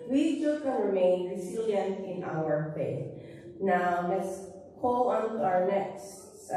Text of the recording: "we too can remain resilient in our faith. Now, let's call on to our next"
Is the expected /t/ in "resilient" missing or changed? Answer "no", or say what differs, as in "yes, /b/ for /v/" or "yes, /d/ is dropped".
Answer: yes, /t/ is dropped